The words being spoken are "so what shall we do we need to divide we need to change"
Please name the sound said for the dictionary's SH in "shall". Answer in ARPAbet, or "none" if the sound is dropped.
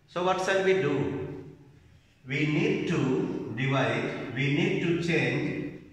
S